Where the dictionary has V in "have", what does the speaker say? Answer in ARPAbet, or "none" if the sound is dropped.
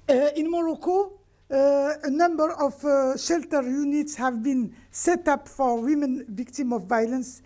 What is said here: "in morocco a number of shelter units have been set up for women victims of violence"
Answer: V